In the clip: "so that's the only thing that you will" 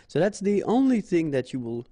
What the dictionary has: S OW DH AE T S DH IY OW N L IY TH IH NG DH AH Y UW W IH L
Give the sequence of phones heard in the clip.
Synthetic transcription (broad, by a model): S OW DH AE T S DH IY OW N L IY TH IH NG DH AH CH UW W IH L